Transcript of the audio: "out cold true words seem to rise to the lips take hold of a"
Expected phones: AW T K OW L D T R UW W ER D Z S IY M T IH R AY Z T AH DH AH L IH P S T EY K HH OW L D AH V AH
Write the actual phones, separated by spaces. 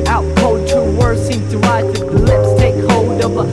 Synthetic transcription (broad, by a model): AW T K OW D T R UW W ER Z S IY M T IH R AY T DH AH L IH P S T EY K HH OW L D AH V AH